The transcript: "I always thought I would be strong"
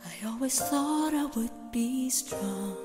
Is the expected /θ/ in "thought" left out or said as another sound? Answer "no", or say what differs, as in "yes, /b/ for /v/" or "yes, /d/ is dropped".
no